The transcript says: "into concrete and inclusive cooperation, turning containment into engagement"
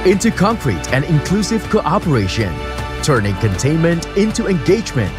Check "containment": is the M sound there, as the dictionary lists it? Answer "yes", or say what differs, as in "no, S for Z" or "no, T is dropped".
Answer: yes